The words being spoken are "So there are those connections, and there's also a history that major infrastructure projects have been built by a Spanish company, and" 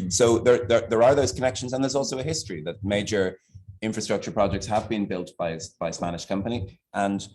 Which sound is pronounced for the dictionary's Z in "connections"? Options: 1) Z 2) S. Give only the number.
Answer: 1